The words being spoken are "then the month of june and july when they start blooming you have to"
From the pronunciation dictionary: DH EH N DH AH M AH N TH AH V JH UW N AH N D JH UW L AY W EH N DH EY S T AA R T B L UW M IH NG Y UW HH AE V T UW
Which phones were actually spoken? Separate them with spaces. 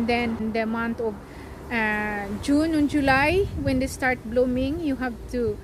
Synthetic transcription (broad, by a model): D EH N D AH M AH N T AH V JH UW N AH N JH UW L AY W EH N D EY S T AA R T B L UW M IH NG Y UW HH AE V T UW